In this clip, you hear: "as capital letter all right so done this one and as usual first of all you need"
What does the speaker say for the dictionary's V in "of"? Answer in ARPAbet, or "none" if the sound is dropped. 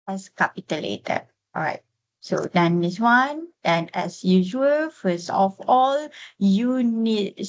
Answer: F